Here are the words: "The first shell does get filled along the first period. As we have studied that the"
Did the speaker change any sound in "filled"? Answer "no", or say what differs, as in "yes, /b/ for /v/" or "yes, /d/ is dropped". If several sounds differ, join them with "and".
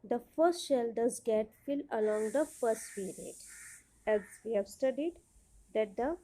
yes, /d/ is dropped